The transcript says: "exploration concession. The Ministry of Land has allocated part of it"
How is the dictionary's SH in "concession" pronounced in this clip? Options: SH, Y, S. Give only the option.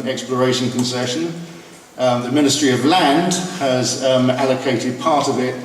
SH